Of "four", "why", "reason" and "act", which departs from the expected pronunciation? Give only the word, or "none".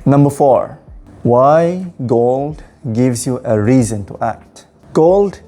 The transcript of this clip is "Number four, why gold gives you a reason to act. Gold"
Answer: none